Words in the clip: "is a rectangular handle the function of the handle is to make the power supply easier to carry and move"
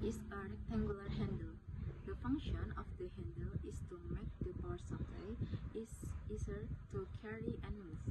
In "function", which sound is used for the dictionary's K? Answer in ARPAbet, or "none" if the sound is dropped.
K